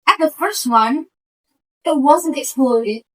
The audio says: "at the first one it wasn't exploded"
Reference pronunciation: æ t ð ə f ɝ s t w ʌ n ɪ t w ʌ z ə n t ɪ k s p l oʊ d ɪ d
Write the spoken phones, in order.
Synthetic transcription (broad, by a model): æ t ð ə f ɝ s t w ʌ n ɪ t w ʌ z ə n t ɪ k s p l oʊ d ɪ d